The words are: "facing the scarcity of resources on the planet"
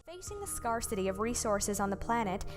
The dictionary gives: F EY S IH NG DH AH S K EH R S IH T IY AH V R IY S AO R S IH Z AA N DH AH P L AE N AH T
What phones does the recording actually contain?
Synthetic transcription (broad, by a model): F EY S IH NG DH AH S K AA R S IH T IY AH V R IY S AO R S IH Z N DH AH P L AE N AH T